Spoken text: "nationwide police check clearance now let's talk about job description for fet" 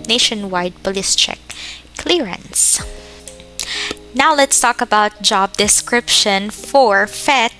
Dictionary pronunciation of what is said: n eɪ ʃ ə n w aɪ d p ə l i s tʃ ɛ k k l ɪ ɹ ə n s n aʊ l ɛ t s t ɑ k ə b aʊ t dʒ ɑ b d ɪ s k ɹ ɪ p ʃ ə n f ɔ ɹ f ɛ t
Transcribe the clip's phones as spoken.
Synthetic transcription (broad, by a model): n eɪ ʃ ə n w aɪ d p ə l i s tʃ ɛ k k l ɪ ɹ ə n s n aʊ l ɛ t s t ɑ k ə b aʊ t dʒ ɑ b d ɪ s k ɹ ɪ p ʃ ə n f ɔ ɹ f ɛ t